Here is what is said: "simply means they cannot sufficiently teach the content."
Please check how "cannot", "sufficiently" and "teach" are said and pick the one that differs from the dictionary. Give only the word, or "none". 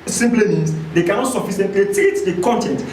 sufficiently